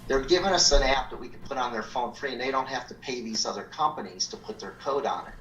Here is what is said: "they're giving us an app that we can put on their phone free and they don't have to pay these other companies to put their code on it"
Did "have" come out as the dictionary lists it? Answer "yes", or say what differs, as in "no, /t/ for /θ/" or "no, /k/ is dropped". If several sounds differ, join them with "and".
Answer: no, /f/ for /v/